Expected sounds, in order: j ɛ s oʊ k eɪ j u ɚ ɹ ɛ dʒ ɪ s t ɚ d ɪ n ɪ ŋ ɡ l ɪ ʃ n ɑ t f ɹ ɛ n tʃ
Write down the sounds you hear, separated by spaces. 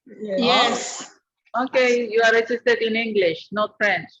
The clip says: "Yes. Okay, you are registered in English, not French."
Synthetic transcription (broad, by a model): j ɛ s oʊ k eɪ j u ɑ ɹ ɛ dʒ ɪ s t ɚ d ɪ n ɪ ŋ ɡ l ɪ ʃ n ɑ t f ɹ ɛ n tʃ